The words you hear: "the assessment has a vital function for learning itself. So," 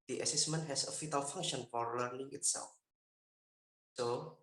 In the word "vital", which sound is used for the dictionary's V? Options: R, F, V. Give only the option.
F